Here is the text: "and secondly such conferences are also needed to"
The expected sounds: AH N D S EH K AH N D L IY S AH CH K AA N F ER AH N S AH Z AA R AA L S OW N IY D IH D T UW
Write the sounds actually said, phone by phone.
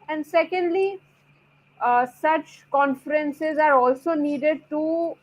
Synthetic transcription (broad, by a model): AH N D S EH K AH N D L IY S AH CH K AA N F ER AH N S AH Z AA R AA L S OW N IY D IH D T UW